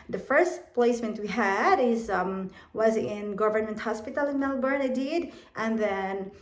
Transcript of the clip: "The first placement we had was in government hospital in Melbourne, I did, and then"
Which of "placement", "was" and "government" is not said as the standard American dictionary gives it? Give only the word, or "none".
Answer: none